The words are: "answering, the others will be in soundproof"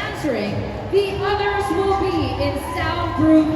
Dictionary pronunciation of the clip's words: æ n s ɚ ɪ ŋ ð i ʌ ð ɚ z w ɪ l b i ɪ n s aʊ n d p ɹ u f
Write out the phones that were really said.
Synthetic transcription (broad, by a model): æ n s ɚ ɪ ŋ ð i ʌ ð ɚ z w ɪ l b i ɪ n s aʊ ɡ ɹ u